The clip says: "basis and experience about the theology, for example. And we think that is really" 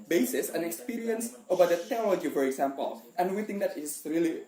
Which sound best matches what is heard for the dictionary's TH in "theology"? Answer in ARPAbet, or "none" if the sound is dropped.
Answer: T